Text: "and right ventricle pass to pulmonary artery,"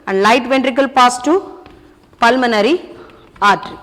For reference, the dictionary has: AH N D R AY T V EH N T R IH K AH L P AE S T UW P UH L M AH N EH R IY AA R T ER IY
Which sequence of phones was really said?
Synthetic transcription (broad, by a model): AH N D L AY T V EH N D R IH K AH L P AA S T UW P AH L M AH N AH R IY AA R T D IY